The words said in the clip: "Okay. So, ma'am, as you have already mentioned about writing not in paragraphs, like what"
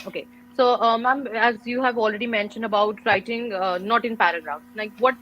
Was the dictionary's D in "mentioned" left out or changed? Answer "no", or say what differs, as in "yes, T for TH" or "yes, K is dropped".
no